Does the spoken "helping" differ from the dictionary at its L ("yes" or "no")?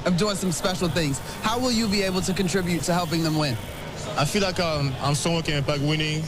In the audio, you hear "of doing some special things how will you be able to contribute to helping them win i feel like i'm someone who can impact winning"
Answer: no